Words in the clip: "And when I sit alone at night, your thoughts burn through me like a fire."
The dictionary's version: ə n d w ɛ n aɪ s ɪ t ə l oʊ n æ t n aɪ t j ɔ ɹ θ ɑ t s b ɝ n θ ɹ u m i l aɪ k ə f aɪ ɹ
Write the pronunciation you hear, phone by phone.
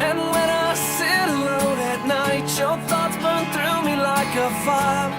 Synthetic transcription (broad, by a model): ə n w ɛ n aɪ s ɪ t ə l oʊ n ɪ t n aɪ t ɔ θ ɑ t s b ɝ n θ ɹ u m i l aɪ k ə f aɪ